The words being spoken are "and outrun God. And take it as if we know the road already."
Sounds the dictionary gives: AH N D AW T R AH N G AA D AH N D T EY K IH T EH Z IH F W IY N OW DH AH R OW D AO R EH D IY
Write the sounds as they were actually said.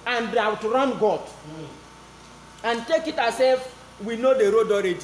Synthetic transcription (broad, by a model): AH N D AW T R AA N G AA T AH N T EY K IH T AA S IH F W IY N OW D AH R OW D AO R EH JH